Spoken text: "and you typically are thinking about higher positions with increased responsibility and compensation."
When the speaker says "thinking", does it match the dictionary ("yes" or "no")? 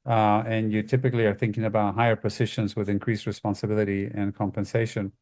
yes